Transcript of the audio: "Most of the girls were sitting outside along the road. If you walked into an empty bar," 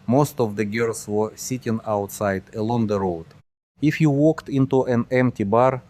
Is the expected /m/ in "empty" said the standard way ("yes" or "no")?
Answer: yes